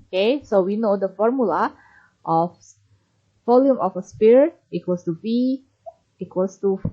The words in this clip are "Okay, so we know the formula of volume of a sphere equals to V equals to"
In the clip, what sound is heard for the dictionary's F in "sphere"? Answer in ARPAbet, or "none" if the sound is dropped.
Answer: P